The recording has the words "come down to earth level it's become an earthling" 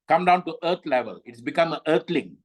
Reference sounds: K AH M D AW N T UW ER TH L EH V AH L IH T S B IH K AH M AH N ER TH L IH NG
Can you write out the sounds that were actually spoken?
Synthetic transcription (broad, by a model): K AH M D AW N T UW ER T L EH V AH L IH T S B IH K AH M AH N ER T L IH NG